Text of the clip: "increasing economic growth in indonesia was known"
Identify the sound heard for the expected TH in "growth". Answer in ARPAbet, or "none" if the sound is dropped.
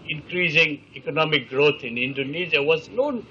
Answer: T